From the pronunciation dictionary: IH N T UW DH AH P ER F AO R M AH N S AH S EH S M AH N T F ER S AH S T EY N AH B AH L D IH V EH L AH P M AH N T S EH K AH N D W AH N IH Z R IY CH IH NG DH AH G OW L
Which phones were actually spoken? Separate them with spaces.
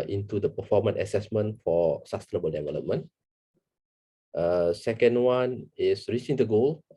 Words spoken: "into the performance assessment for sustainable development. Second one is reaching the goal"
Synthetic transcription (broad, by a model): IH N T UW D AH P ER F AO M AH N AH S EH S M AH N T F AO S AH S T EY N AH B AH L D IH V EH L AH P M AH N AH S EH K AH N D W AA N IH S R IY CH IH NG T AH G OW L